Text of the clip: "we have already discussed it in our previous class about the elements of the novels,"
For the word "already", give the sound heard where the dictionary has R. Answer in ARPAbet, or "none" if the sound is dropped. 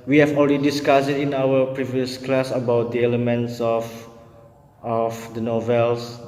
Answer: L